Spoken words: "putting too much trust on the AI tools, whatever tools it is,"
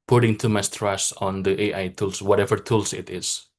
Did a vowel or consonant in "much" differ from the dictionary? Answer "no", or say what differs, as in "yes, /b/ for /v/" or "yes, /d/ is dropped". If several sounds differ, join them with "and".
yes, /s/ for /tʃ/